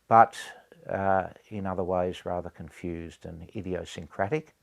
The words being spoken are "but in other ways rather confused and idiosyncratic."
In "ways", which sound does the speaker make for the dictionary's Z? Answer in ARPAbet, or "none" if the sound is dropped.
Z